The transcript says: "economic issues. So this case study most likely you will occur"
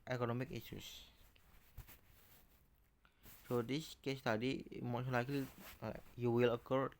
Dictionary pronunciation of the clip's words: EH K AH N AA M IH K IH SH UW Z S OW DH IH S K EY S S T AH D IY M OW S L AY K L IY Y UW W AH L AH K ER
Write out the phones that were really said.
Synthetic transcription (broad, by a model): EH K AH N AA M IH K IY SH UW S S OW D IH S K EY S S T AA D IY M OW SH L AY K L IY Y UW W AH L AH K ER